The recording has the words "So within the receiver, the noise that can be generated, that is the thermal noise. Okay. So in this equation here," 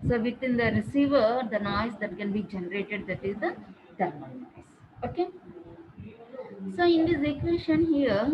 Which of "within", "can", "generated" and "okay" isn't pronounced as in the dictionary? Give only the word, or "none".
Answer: within